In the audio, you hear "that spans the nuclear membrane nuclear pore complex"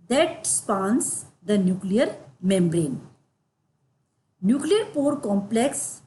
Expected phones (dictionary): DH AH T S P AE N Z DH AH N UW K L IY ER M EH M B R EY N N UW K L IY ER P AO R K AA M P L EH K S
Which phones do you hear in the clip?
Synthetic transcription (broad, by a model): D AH T S P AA N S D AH N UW K L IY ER M EH M B R EY N N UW K L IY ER P AO R K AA M P L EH K S